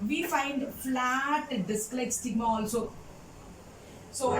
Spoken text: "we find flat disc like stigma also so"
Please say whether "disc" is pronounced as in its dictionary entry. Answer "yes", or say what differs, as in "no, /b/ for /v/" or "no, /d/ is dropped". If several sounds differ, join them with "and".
yes